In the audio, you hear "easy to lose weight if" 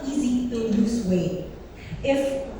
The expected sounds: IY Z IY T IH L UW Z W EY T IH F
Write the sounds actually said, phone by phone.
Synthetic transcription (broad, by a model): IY Z IY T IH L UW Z W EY IH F